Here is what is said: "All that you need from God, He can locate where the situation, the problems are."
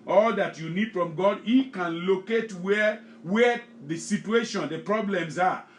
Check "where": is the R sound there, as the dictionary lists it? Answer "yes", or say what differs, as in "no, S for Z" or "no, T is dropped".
no, W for R